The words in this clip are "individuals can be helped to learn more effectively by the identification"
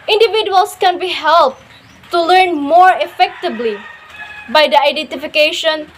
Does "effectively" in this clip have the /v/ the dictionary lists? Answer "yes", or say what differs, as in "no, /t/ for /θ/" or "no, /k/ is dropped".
no, /b/ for /v/